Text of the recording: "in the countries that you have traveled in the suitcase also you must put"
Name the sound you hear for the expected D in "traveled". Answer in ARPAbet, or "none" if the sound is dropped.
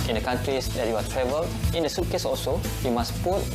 none